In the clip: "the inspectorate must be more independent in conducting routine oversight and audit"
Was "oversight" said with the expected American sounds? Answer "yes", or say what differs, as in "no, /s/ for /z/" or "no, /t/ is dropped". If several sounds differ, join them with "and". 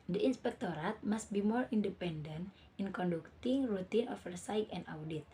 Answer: no, /f/ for /v/